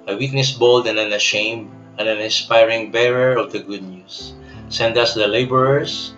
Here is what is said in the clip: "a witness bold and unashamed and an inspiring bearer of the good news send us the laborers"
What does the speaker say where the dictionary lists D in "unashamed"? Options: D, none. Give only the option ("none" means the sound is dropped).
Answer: none